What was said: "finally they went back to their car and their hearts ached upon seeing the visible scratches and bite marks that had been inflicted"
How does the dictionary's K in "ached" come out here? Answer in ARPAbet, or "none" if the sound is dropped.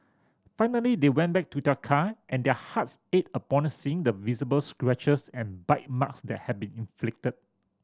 none